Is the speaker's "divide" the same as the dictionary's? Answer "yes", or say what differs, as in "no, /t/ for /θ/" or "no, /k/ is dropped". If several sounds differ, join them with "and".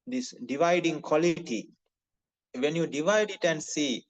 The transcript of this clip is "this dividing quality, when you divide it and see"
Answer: yes